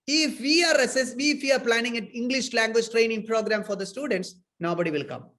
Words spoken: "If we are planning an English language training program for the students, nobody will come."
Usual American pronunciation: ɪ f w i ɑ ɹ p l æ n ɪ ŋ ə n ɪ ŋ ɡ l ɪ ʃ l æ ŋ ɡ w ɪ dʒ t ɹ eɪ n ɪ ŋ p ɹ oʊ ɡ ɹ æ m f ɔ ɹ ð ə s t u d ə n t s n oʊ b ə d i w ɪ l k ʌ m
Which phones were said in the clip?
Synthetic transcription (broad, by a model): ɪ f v i ɑ ɹ p l æ n ɪ ŋ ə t ɪ ŋ ɡ l ɪ ʃ l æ ŋ ɡ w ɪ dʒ t ɹ eɪ n ɪ ŋ p ɹ oʊ ɡ ɹ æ m f ɔ ɹ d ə s t u d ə n t s n oʊ b ə d i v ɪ l k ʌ m